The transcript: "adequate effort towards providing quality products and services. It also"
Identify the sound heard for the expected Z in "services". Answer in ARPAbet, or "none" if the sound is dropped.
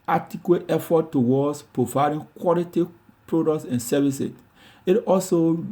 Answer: S